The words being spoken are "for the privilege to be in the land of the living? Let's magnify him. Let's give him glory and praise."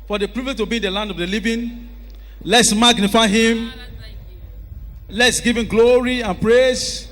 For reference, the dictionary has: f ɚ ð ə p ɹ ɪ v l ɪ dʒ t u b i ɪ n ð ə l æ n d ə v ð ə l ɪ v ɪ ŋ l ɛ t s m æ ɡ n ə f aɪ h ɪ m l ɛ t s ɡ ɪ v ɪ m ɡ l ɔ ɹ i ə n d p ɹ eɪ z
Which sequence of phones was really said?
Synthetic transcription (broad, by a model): f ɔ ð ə p ɹ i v ɪ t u b i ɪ n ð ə l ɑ n d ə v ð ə l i v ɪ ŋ l ɛ t s m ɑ ɡ n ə f aɪ h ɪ m l ɛ t s ɡ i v ɪ m ɡ l ɔ ɹ i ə n p ɹ eɪ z